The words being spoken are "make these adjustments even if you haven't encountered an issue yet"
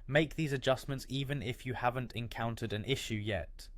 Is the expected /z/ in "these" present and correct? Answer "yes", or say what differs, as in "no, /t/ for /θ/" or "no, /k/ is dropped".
yes